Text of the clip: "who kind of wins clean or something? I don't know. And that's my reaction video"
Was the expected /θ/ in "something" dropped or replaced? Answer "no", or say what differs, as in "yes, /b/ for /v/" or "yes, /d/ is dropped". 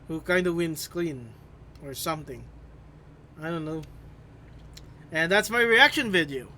no